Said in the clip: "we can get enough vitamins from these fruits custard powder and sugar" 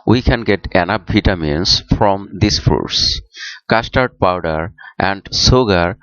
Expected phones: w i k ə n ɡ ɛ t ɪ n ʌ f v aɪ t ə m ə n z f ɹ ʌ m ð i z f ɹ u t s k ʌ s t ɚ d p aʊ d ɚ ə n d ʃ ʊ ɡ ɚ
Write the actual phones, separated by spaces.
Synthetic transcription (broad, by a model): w i k ə n ɡ ɛ t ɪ n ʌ p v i t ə m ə n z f ɹ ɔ m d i s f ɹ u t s k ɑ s t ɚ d p aʊ d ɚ ə n d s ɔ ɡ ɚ